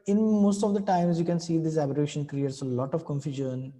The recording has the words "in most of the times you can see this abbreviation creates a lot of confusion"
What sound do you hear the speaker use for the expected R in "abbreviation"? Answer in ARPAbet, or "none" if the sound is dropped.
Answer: none